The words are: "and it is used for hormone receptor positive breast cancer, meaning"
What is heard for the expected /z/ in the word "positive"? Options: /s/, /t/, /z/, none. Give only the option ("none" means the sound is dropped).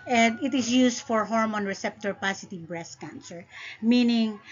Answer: /s/